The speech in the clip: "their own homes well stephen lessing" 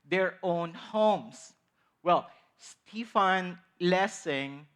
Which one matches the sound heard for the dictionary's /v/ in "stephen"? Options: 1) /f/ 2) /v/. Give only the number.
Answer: 1